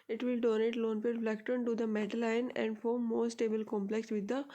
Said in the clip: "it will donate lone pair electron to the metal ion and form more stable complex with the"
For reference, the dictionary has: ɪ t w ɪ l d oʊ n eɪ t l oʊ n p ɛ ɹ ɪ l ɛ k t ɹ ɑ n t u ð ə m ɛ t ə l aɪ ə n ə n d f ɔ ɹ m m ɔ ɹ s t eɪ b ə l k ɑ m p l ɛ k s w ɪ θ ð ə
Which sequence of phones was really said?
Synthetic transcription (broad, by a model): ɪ t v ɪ l d oʊ n eɪ t l oʊ n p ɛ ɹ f l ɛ k t ɑ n t u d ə m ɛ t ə l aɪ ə n ə n d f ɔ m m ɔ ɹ s t eɪ b ə l k ɑ m p l ɛ k s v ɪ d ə